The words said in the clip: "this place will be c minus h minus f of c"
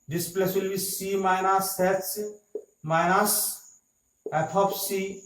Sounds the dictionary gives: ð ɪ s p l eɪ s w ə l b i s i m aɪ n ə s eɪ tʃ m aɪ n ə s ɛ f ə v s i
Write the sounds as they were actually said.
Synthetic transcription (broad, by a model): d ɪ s p l eɪ s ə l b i s i m aɪ n ə s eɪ s m aɪ n ə s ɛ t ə p s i